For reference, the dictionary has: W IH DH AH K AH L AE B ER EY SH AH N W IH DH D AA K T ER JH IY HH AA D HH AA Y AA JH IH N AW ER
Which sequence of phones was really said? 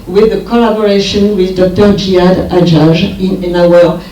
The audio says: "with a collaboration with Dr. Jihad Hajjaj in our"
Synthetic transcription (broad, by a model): W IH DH AH K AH L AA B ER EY SH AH N W IH DH D AA K T ER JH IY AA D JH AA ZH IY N IH N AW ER